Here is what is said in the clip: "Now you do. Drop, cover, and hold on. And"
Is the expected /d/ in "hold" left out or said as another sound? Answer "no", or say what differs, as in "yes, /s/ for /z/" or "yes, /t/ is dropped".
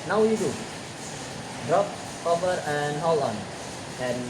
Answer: yes, /d/ is dropped